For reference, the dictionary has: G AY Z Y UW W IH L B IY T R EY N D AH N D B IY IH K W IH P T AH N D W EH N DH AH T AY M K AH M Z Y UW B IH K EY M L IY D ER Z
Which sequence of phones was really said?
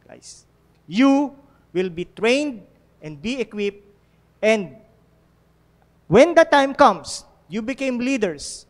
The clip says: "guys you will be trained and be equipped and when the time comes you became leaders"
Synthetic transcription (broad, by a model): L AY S Y UW W IH L B IY T R EY N D AH N D B IY IH K W IH P T AH N D W EH N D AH T AY M K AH M S Y UW B IH K EY M L IY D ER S